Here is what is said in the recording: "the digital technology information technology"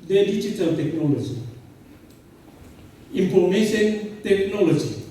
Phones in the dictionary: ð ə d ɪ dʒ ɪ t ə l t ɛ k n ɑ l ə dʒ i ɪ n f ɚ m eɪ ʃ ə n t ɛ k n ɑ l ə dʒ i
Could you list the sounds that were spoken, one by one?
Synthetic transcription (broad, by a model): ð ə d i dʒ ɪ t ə l t ɛ k n ɑ l ə dʒ i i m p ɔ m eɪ s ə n t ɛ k n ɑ l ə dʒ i